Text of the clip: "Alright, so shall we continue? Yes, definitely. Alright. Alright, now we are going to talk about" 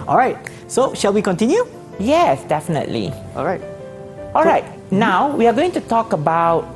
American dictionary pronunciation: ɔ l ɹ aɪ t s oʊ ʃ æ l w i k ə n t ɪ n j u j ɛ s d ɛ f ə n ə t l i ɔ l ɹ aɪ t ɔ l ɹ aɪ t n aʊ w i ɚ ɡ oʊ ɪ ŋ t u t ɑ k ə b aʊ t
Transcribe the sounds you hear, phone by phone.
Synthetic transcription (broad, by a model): ɔ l ɹ aɪ t s oʊ ʃ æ l w i k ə n t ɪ n j u j ɛ s d ɛ f ə n ə t l i ɔ l ɹ aɪ t ɔ l ɹ aɪ t n aʊ w i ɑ ɡ oʊ ɪ ŋ t u t ɑ k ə b aʊ t